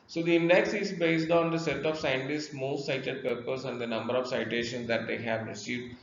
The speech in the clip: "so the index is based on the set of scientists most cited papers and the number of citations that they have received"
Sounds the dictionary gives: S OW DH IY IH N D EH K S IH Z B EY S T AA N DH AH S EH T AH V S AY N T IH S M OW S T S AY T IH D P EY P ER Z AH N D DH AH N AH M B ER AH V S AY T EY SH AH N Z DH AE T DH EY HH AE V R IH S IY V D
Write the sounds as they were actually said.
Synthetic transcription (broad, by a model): S OW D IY IH N D EH K S IH Z B EY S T AA N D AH S EH T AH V S AY N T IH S M OW S T S AY T IH D P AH P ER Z AH N D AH N AH M B ER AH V S AY T EY SH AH N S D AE T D EY HH AE V R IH S IY V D